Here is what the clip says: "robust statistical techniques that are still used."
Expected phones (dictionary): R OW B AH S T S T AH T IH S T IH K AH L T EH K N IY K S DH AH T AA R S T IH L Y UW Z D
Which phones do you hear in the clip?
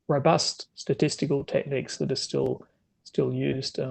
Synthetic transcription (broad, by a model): R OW B AH S T S T AH T IH S T IH K AH L T EH K N IY K S DH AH T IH L S T IH L Y UW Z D